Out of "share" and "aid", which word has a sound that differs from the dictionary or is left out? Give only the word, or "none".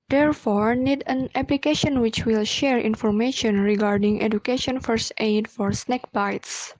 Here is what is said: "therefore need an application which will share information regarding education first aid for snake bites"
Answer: none